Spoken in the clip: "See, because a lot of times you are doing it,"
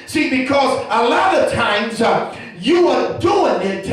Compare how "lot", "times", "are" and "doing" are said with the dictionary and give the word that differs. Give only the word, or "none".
none